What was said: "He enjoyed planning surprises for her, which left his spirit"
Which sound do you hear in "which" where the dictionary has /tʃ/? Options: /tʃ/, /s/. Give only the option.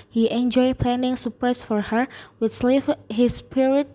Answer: /s/